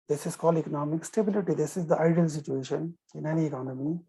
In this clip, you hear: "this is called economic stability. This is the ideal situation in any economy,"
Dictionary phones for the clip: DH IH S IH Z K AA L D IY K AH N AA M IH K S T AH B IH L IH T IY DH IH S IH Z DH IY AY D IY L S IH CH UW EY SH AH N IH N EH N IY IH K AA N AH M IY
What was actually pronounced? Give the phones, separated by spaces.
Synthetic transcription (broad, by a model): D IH S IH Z K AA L IY K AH N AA M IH K S T AH B IH L IH T IY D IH S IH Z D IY AY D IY L S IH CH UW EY SH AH N IH N EH N IY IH K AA N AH M IY